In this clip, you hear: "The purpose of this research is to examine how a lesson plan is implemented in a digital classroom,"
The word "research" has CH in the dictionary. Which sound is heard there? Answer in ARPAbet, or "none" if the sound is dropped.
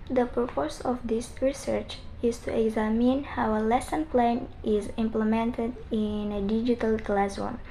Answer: CH